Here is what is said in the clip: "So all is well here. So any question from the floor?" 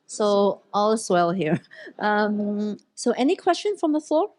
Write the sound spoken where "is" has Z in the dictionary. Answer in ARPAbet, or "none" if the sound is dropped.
S